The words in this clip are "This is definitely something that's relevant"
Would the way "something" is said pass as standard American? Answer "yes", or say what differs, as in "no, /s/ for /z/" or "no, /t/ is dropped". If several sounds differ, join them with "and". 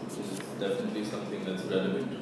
yes